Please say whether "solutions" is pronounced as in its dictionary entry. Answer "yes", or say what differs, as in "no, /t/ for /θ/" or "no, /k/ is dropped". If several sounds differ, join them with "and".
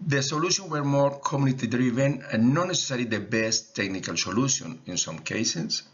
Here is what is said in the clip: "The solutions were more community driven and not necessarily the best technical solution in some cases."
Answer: no, /z/ is dropped